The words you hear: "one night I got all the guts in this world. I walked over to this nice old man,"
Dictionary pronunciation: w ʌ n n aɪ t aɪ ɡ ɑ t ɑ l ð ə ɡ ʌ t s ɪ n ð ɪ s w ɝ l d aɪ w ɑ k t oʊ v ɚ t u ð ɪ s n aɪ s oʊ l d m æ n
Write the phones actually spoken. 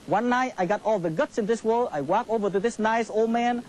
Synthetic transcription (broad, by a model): w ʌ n n aɪ t aɪ ɡ ɑ t ɑ l ð ə ɡ ʌ t s ɪ n ð ɪ s w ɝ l aɪ w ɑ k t oʊ v ɚ t u ð ɪ s n aɪ s oʊ l d m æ n